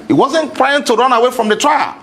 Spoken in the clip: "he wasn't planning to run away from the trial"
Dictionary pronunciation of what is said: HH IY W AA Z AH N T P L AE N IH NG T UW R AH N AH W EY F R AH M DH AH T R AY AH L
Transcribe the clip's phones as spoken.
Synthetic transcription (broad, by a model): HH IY W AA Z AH N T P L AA IH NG T UW R AH N AH W EY F R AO M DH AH T R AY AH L